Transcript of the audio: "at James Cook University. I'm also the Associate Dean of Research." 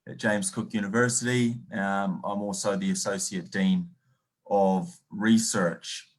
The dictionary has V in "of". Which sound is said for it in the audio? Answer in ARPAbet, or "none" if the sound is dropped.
V